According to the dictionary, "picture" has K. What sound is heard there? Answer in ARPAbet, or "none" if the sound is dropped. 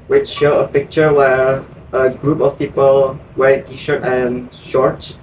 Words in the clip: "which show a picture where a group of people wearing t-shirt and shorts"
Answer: K